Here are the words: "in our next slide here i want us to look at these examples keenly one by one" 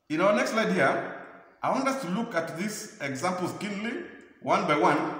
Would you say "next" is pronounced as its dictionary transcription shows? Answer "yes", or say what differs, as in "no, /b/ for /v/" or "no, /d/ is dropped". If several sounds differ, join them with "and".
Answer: yes